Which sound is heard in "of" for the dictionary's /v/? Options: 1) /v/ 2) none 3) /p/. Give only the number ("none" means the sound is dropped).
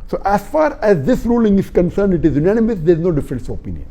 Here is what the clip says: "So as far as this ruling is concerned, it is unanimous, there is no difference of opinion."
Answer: 3